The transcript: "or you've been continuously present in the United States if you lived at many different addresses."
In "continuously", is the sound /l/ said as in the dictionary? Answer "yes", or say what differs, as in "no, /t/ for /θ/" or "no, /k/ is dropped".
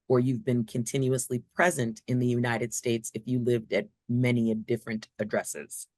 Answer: yes